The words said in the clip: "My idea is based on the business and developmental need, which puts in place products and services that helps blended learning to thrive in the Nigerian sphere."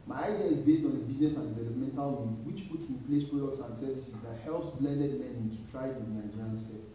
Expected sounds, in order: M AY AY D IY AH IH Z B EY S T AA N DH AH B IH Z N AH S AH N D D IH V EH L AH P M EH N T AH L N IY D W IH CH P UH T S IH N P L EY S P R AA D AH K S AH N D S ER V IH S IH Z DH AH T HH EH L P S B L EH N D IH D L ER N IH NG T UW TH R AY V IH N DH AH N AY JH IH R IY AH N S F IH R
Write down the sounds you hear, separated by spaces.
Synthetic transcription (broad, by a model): M AY AY D IY AH IH Z B EY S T AA N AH B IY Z N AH S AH N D D IH V EH L AH P M EH N T AH L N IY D W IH CH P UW T S IH N P L EY S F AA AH S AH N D S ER V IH S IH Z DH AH T HH EH L P S B L EH N D IH D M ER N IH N T UW T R AY IH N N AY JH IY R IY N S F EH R